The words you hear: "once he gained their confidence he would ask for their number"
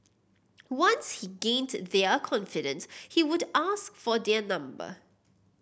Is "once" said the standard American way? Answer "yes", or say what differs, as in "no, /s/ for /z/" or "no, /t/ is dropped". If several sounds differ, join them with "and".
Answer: yes